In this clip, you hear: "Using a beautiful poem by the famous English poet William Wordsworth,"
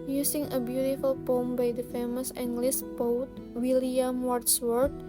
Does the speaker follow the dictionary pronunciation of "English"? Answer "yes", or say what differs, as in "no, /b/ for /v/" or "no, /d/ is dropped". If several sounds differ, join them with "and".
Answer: no, /s/ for /ʃ/